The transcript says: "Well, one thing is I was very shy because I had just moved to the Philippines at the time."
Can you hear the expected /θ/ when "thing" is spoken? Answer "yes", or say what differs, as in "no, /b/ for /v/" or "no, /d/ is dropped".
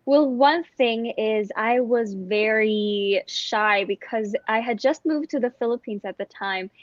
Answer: yes